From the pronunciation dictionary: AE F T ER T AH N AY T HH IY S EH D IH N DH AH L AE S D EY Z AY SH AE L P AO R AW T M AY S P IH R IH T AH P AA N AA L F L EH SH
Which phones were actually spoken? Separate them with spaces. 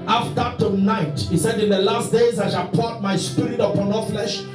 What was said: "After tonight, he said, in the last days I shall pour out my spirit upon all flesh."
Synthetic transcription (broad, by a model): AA F T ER T AH N AY T HH IY S EH D IH N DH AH L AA S D EY Z AY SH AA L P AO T M AY S P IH R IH T AH P AA N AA F L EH SH